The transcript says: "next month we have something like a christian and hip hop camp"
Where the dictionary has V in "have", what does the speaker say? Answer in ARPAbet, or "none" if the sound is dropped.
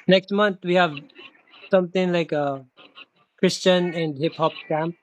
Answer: V